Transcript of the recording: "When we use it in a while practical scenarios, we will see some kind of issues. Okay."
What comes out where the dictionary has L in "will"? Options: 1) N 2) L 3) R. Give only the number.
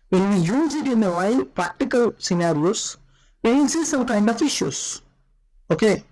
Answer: 1